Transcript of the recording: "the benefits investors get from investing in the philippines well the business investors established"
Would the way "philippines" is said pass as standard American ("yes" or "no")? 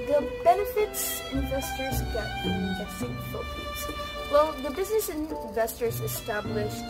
no